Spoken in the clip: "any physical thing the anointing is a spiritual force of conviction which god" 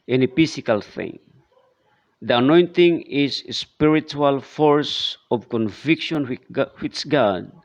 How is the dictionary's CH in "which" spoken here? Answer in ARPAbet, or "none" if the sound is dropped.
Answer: S